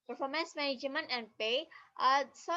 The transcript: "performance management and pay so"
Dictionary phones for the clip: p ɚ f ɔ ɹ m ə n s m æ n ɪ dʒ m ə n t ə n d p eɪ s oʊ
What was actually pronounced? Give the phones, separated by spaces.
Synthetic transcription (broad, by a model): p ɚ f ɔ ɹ m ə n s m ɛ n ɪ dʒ m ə n ə n d p eɪ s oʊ